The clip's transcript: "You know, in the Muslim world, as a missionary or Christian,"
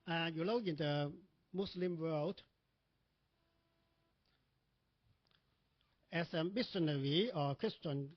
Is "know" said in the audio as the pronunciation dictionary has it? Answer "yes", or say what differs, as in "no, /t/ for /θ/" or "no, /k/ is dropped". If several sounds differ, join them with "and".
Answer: no, /l/ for /n/